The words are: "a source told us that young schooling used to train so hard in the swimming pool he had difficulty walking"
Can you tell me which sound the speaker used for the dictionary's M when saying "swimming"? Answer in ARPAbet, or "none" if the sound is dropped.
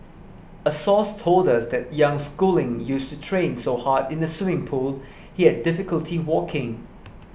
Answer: none